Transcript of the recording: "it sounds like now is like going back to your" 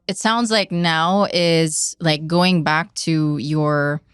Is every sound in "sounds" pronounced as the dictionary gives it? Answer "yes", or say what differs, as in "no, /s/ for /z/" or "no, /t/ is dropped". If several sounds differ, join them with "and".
yes